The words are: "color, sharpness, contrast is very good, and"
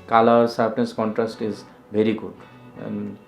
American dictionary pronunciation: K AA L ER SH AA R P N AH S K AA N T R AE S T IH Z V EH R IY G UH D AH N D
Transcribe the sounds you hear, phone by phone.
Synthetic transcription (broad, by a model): K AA L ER S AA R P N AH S K AA N T R AE S T IH Z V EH R IY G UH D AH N